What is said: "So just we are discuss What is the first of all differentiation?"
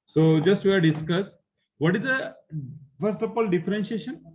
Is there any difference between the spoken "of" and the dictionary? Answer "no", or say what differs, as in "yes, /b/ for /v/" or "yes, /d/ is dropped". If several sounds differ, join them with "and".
yes, /p/ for /v/